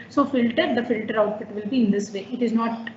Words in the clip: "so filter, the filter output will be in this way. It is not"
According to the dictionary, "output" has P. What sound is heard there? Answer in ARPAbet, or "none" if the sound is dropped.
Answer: F